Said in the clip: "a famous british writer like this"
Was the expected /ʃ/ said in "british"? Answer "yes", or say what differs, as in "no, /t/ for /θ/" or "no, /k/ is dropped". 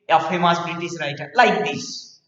no, /s/ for /ʃ/